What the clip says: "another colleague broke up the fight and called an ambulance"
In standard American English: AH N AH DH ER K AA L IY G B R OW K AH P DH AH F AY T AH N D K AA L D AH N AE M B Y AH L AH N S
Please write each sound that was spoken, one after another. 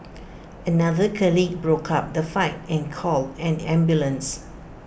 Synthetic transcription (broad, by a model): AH N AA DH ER K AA L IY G B R OW K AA P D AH F AY T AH N K AA L AH N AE M B Y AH L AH N S